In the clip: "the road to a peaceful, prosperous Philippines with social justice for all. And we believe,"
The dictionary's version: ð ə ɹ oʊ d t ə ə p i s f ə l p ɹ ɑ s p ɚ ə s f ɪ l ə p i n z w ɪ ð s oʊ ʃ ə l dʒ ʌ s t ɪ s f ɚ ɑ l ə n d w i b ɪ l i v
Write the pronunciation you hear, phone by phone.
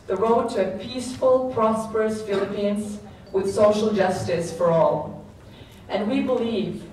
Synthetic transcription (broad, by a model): ð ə ɹ oʊ d t ə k p i s f ə l p ɹ ɑ s p ɚ ə s f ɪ l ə p i n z w ɪ ð s oʊ ʃ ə l dʒ ʌ s t ɪ s f ɚ ɑ l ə n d w i b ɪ l i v